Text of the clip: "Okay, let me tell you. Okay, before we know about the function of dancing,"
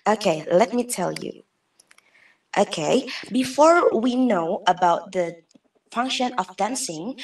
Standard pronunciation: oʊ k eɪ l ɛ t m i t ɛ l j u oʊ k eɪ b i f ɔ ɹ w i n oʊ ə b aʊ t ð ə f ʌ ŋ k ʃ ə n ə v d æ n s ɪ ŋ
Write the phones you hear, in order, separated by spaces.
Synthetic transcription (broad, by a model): oʊ k eɪ l ɛ t m i t ɛ l j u oʊ k eɪ b i f ɔ ɹ w i n oʊ ə b aʊ t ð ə f ʌ ŋ k ʃ ə n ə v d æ n s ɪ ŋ